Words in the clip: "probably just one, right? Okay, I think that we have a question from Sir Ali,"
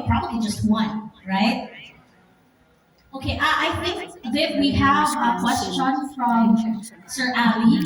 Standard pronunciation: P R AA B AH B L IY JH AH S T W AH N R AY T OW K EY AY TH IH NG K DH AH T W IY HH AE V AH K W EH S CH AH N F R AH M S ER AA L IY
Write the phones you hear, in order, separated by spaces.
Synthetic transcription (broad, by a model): P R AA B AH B L IY JH AH S T W AH N R AY T OW K EY AY TH IH NG K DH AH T W IY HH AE V AH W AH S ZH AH N F R AH M S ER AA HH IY